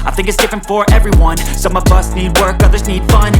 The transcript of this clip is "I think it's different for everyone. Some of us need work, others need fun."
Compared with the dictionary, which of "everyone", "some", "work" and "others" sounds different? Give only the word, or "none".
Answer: none